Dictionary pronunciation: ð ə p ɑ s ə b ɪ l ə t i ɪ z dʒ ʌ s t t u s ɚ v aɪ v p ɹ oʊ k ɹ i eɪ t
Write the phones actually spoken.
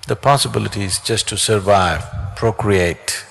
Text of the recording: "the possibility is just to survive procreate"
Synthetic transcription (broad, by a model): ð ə p ɑ s ə b ɪ l ə t i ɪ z dʒ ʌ s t t u s ɚ v aɪ v p ɹ oʊ k ɹ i eɪ t